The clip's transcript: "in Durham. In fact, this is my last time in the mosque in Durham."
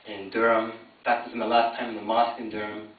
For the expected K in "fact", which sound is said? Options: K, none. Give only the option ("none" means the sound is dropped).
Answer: none